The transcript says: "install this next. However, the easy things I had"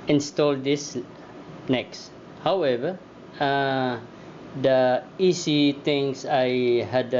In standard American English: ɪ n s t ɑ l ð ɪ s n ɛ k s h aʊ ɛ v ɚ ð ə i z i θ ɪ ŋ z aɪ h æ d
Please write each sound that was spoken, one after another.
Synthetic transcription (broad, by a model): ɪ n s t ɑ l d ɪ s n ɛ k s h aʊ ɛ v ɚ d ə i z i t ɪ ŋ s aɪ h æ d